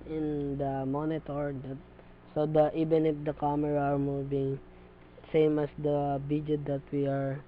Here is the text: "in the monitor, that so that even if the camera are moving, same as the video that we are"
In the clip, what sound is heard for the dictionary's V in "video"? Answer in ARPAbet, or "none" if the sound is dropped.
B